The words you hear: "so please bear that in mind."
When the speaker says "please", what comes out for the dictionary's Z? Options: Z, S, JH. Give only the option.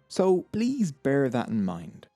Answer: Z